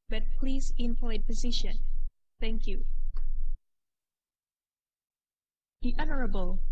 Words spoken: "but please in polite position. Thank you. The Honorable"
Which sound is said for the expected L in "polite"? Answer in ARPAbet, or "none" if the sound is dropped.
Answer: none